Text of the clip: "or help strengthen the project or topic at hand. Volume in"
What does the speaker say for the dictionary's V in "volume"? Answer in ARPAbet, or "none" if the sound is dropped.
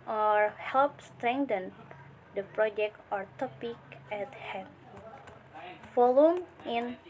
F